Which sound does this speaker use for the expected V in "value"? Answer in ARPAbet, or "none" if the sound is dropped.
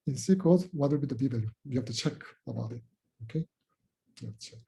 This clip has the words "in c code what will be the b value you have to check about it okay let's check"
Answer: B